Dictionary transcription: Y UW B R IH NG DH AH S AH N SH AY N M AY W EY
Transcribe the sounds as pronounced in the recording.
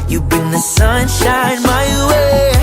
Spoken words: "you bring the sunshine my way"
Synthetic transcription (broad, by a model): Y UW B IH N DH AH S AH N SH AY N M AY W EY